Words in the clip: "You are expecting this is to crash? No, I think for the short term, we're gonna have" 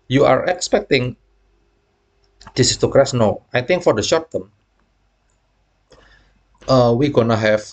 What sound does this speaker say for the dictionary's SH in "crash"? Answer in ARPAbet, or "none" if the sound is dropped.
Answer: S